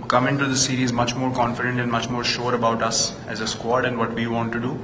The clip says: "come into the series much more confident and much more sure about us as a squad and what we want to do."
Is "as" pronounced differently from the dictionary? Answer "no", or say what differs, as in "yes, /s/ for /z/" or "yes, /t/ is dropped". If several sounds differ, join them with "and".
no